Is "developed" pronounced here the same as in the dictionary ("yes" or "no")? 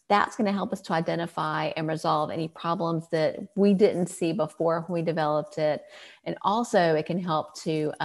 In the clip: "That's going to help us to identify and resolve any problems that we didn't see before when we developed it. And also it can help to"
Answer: yes